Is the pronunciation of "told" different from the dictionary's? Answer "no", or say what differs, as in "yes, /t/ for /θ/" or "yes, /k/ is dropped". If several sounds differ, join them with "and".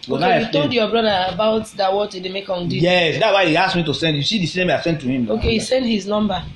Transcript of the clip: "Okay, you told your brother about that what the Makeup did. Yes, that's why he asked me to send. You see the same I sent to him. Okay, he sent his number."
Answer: no